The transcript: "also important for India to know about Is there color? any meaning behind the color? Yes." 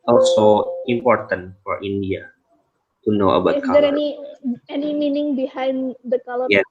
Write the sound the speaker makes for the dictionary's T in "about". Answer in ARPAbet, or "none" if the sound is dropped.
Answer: none